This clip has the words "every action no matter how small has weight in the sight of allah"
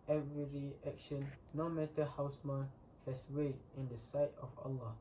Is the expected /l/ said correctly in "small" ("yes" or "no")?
no